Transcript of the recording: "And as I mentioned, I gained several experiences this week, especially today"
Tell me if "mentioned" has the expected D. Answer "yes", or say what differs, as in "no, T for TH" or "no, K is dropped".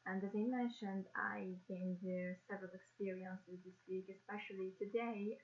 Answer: yes